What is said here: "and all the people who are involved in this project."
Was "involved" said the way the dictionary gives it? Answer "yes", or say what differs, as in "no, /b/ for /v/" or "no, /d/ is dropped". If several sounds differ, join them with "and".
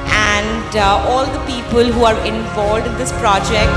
yes